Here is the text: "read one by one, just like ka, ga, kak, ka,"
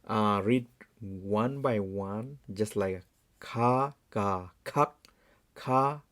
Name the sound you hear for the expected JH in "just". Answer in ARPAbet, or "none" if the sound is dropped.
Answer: JH